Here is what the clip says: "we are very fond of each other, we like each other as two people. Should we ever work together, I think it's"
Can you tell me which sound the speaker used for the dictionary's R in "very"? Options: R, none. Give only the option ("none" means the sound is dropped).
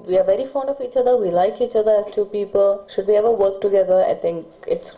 R